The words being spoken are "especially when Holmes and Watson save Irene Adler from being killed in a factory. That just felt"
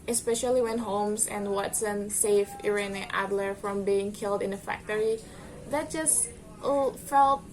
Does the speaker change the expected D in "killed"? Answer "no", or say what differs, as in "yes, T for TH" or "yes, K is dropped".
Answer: no